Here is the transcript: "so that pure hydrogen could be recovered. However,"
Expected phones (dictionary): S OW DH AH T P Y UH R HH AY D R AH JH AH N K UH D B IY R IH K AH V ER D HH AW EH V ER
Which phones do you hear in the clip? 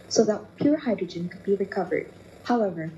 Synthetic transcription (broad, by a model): S OW DH AH T P Y UH R HH AY D R AH JH AH N K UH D B IY R IH K AH V ER D HH AW EH V ER